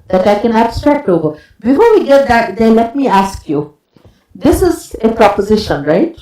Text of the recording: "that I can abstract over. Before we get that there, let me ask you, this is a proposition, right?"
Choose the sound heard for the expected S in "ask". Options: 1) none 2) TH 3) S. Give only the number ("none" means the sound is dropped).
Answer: 3